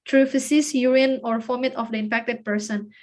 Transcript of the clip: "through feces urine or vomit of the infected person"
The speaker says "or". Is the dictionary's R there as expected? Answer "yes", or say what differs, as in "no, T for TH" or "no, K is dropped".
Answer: yes